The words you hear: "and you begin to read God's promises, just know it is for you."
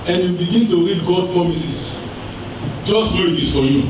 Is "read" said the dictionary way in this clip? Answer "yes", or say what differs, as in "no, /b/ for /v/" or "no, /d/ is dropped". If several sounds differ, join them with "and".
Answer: yes